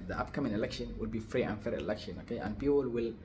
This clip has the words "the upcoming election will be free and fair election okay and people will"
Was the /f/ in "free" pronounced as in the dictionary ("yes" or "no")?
yes